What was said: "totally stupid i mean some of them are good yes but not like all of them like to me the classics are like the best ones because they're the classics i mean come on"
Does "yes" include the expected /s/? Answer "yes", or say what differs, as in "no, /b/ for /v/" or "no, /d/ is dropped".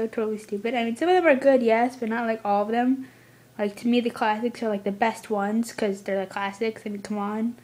yes